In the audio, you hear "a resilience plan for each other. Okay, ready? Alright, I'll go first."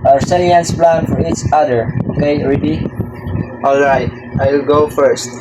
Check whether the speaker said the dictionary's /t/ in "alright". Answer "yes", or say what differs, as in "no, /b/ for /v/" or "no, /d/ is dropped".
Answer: yes